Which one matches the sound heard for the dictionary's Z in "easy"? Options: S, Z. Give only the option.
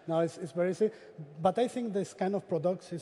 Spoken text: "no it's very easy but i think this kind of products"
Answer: S